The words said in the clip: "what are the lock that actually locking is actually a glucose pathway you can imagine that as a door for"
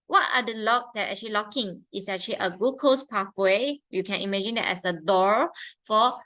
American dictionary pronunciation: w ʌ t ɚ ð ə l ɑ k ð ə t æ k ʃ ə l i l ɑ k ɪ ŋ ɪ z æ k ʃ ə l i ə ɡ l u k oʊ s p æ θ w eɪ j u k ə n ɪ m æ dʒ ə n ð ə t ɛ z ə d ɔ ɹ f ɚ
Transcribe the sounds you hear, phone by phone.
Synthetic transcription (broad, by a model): w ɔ t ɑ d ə l ɑ k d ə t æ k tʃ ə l i l ɑ k ɪ ŋ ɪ s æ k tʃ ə l i ə ɡ u k oʊ s p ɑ f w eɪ j u k ə n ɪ m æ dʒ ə n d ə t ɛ s ə d ɔ ɹ f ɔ